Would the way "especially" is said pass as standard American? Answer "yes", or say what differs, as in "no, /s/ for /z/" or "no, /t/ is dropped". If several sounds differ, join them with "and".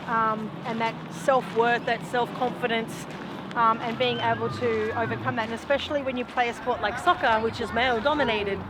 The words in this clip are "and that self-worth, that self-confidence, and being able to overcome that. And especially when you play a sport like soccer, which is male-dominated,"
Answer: yes